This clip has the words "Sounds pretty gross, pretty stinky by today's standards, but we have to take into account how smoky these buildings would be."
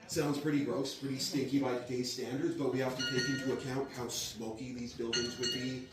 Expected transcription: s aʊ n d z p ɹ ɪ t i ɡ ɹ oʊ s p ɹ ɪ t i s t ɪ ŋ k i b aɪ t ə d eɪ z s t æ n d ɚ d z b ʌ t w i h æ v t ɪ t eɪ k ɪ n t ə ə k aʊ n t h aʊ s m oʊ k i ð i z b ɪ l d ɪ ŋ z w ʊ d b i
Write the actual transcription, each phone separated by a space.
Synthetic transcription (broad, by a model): s aʊ n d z p ɹ ɪ t i ɡ ɹ oʊ s p ɹ ɪ t i s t ɪ ŋ k i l aɪ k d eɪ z s t æ n d ɚ d z b ʌ t w i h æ f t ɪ t eɪ k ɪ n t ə ə k aʊ n t h aʊ s m oʊ k i ð i z b ɪ l d ɪ ŋ z w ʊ d b i